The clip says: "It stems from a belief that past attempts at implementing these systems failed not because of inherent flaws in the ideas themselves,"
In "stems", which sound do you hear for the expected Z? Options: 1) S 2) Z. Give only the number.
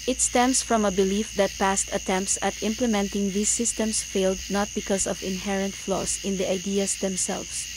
1